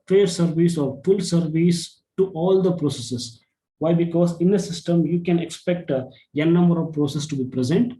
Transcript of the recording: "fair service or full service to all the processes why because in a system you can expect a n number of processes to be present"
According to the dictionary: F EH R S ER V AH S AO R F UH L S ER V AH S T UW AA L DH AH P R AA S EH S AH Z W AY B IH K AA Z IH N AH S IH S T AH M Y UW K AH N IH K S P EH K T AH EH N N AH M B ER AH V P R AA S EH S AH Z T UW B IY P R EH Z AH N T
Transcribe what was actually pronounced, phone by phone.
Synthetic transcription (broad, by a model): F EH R S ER V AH S AO R F UH L S ER V AH S T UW AA L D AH P R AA S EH S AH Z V AY B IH K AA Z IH N AH S IH S T AH M Y UW K AH N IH K S P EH K T AH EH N N AH M B ER AH V P R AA S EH S T UW B IY P R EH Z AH N T